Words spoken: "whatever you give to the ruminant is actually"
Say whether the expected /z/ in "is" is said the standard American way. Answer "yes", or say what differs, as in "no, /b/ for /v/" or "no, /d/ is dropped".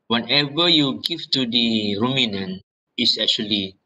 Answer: no, /s/ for /z/